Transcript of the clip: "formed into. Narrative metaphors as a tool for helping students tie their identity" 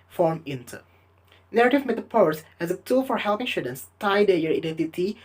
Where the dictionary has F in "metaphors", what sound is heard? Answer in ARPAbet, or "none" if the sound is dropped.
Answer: P